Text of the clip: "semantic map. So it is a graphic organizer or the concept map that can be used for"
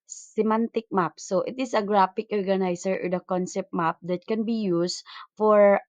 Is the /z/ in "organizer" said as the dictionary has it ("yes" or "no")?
no